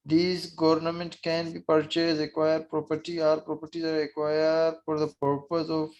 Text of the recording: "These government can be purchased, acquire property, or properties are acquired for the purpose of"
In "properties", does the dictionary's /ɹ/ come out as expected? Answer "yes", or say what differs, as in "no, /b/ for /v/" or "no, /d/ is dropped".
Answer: yes